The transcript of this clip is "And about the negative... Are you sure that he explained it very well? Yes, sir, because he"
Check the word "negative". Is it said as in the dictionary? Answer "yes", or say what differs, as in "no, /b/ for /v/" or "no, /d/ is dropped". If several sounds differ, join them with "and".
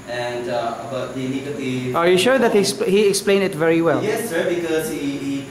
no, /v/ is dropped